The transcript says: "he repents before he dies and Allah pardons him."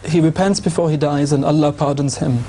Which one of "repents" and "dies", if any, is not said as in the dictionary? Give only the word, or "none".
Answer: none